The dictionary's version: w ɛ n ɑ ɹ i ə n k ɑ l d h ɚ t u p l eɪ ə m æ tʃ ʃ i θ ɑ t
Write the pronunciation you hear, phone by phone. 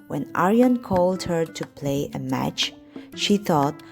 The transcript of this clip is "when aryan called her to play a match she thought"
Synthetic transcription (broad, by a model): w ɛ n ɑ ɹ i ə n k ɑ l d h ɚ t u p l eɪ ə m æ tʃ ʃ i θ ɑ t